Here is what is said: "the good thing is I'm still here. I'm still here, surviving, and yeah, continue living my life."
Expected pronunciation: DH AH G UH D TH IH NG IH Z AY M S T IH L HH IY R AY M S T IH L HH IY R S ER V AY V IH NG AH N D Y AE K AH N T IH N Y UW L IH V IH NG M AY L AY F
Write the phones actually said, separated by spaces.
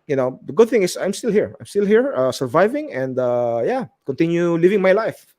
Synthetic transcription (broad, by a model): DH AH G UH D TH IH NG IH S AY M S T IH L HH IY R AY M S T IH L HH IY R S ER V AY V IH NG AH N D Y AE K AH N T IH N Y UW L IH V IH NG M AY L AY F